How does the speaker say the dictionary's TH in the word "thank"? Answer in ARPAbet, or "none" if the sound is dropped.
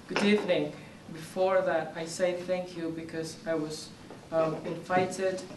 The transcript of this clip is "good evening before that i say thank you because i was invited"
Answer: TH